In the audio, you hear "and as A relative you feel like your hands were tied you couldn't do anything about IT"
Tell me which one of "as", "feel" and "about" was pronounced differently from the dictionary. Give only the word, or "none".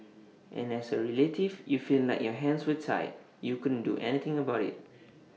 as